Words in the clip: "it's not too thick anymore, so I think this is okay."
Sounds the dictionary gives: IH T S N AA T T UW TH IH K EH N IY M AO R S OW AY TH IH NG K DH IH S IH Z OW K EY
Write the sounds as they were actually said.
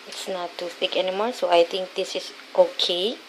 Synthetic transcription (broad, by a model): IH T S N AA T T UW T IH K EH N IY M AO R S OW AY T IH NG K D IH S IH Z OW K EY